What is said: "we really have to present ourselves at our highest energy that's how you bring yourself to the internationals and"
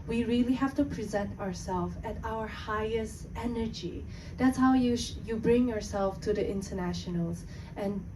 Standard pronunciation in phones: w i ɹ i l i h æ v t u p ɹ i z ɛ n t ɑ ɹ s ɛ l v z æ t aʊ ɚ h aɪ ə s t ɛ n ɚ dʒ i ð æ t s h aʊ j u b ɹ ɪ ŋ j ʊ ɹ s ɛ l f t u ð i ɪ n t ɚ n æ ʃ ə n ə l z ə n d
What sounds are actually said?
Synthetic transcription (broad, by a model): w i ɹ i l i h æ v t u p ɹ i z ɛ n t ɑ ɹ s ɛ l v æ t aʊ ɚ h aɪ ə s t ɛ n ɚ dʒ i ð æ t s h aʊ j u b ɹ ɪ ŋ j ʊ ɹ s ɛ l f t u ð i ɪ n t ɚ n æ ʃ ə n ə l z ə n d